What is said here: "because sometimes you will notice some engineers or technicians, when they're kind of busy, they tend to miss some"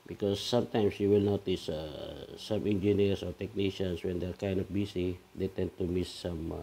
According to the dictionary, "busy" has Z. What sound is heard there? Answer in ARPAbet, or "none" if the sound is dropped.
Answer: S